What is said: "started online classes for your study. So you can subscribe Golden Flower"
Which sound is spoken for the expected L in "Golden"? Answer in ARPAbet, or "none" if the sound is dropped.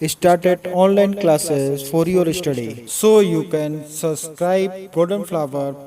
none